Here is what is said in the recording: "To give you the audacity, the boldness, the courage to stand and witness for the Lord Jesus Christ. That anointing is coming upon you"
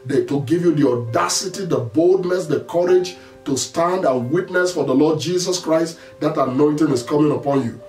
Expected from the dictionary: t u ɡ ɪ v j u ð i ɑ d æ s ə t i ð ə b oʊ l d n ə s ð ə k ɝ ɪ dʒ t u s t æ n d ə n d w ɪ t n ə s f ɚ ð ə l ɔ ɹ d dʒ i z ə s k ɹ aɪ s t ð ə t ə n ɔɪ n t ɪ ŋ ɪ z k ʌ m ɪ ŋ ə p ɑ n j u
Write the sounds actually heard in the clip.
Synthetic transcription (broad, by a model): t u ɡ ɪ v j u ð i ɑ d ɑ s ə t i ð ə b oʊ l d n ə s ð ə k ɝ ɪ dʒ t u s t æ n d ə n w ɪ t n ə s f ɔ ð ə l ɔ d dʒ i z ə s k ɹ aɪ s t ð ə t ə n ɔɪ n t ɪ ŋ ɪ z k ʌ m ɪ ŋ ə p ɑ n j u